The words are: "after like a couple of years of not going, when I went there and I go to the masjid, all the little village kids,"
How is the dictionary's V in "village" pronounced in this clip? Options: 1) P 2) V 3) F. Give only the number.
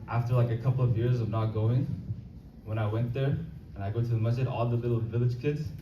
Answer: 2